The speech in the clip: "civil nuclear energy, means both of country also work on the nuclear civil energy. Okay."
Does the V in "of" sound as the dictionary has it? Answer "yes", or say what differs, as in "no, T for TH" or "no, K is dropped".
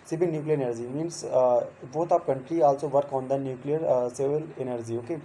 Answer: no, P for V